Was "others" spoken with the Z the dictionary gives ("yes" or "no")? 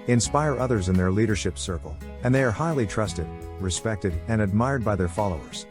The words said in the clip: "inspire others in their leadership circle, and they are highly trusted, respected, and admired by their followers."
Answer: yes